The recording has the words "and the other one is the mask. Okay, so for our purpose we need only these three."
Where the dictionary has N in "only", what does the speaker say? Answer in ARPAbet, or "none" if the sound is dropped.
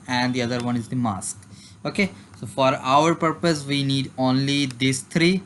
N